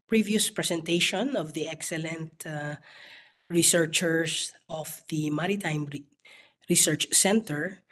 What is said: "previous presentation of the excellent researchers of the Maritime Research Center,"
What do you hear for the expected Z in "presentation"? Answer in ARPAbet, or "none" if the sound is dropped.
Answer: S